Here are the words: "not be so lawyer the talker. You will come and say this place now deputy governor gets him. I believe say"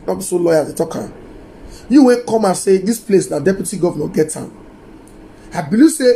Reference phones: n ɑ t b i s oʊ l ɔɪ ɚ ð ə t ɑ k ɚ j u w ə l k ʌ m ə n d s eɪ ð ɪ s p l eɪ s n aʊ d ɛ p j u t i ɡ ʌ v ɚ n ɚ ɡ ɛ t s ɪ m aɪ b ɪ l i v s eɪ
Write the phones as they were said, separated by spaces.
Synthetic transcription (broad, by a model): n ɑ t b i s oʊ l ɔɪ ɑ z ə t ɑ k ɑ j u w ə n k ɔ m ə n s eɪ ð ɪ s p l eɪ s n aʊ d ɛ p j u t i ɡ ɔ v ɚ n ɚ ɡ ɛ t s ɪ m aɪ b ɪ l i s eɪ